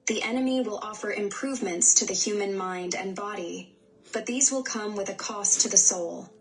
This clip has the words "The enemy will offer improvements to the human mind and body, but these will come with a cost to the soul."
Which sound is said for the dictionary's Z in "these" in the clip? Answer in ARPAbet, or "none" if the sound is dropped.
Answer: Z